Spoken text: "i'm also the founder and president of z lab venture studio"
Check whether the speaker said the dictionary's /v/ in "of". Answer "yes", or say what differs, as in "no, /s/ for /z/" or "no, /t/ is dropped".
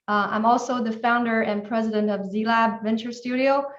yes